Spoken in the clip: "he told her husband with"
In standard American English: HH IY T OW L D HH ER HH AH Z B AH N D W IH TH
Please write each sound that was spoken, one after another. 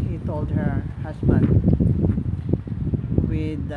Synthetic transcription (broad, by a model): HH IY T OW L D HH ER HH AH S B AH N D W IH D